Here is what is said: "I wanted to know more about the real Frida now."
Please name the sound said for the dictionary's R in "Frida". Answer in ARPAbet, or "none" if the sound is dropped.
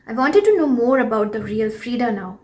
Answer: R